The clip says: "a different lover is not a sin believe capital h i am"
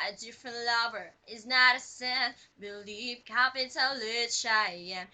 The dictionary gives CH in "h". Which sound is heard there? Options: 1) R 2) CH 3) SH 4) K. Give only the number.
3